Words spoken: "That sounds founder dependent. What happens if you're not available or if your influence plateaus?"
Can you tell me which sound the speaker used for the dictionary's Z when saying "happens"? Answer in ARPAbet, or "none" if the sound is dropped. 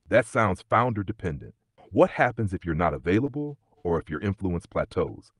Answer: Z